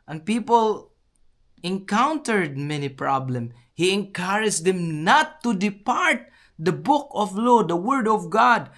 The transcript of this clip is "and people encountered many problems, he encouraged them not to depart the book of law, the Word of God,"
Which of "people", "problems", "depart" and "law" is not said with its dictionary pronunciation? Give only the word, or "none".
problems